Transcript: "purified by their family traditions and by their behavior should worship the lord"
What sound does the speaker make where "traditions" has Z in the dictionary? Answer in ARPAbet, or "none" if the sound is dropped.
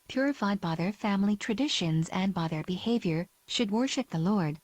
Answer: Z